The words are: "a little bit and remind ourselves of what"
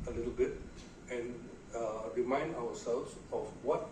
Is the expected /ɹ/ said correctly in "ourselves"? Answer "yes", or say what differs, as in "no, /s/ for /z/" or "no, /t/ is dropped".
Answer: no, /w/ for /ɹ/